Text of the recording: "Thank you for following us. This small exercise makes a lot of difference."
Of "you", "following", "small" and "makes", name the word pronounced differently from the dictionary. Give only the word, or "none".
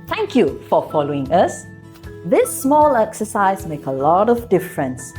makes